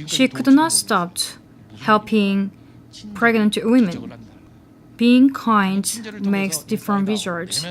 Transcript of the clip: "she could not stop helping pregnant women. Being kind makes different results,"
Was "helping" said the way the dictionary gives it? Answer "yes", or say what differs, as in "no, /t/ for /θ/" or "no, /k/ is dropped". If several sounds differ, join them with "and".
no, /b/ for /p/